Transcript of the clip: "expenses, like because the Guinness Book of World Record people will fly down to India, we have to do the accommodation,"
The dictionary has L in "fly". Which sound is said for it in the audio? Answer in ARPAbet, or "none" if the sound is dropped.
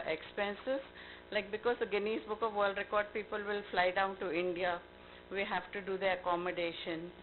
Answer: L